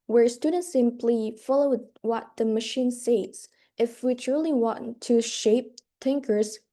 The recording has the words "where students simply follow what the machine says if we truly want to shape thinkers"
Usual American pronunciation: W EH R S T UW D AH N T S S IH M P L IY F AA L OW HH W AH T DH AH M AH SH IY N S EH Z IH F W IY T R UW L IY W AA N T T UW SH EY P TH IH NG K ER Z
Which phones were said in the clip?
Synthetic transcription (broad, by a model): W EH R S T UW D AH N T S S IH M P L IY F AA L OW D W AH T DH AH M AH SH IY N S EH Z IH F W IY T R UW L IY W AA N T T UW SH EY P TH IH NG K ER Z